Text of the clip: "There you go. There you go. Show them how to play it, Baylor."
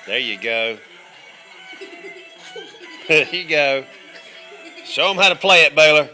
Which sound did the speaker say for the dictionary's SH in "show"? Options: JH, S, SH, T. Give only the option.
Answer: S